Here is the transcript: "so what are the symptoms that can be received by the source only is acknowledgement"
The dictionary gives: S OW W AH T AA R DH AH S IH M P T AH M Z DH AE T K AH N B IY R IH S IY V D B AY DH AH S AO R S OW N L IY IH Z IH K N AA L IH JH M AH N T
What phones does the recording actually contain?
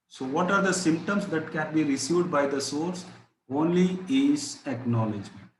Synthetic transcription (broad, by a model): S OW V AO T AA R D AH S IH M P T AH M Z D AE T K AH N B IY R IH S IY V D B AY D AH S AO R S OW N L IY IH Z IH K N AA L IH JH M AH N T